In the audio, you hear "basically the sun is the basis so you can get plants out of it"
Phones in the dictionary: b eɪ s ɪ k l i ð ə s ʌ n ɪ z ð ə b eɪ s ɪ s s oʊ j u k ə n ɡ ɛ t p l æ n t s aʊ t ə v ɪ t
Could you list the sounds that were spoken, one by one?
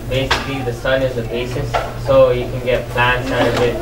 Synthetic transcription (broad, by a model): b eɪ s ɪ k l i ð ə s ʌ n ɪ z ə b eɪ s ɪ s s oʊ j u k ə n ɡ ɛ t p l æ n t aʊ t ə b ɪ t